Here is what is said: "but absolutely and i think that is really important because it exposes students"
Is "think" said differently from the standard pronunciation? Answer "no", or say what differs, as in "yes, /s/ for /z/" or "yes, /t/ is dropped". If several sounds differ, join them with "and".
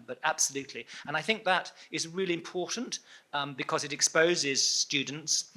no